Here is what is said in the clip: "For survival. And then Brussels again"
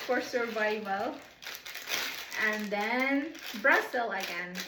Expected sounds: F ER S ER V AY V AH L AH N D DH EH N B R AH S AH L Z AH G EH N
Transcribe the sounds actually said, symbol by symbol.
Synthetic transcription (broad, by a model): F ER S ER V AY V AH L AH N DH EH N B R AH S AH L AH G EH N